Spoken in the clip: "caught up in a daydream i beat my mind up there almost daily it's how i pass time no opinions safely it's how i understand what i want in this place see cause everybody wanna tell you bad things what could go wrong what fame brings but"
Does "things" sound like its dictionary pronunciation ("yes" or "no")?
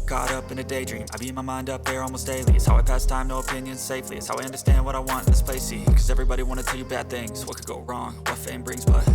yes